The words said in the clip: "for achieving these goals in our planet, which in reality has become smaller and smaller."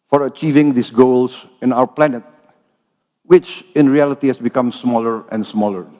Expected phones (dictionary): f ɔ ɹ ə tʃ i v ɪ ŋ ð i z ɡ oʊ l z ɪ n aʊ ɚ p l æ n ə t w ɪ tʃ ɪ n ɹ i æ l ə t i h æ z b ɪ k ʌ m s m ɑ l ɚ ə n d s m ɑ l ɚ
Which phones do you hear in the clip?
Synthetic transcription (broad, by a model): f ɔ ɹ ə tʃ i v ɪ ŋ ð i s ɡ oʊ l s ɪ n aʊ ɚ p l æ n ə t w ɪ tʃ ɪ n ɹ i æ l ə t i h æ s b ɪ k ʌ m s m ɑ l ɚ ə n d s m ɑ l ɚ